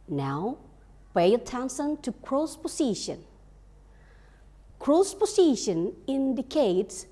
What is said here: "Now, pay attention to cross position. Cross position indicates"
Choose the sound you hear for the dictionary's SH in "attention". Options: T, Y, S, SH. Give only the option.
S